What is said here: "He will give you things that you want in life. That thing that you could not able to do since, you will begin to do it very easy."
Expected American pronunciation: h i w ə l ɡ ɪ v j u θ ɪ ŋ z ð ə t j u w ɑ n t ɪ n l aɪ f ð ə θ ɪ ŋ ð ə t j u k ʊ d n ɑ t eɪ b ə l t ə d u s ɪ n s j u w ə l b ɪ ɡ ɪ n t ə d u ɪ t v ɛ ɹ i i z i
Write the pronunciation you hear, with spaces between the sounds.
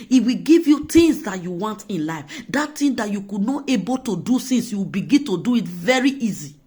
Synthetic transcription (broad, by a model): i w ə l ɡ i v j u t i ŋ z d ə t j u w ɑ n t ɪ n l aɪ f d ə t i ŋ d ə t j u k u d n ɑ t eɪ b ə l t ə d u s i n s j u w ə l b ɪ ɡ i n t ə d u ɪ t v ɛ ɹ i i z i